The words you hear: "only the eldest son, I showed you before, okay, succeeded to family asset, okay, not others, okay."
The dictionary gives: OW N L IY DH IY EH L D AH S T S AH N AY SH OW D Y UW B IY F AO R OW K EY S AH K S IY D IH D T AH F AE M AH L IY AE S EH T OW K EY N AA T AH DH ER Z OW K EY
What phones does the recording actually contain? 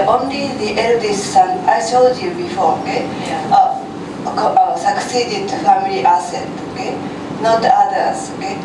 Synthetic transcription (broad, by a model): OW N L IY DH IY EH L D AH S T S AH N AY S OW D Y UW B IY F AO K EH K S AH K S IY D IH D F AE M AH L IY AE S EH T OW K EY N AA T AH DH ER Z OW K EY